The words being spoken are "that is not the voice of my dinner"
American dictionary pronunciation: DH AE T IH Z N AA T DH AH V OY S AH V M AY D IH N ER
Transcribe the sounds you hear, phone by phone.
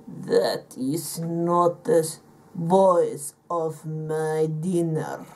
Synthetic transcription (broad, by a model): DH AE T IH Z N AA T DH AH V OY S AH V M AY D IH N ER